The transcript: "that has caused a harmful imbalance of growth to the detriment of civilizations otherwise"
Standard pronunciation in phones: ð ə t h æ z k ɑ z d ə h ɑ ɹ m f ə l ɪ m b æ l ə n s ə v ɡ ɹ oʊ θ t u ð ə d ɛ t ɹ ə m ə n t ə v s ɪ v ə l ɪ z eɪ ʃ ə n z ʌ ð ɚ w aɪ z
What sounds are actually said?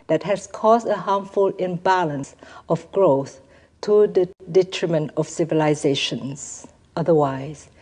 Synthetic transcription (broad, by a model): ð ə t h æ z k ɑ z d ə h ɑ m f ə l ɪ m b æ l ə n s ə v ɡ ɹ oʊ θ t u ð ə d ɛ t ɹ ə m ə n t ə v s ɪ v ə l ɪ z eɪ ʃ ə n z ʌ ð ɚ w aɪ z